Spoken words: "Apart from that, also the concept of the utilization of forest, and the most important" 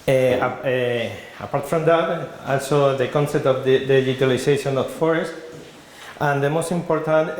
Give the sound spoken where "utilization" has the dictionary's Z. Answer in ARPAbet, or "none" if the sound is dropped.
S